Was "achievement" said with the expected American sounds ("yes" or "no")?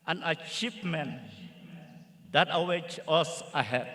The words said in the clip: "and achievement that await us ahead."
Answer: no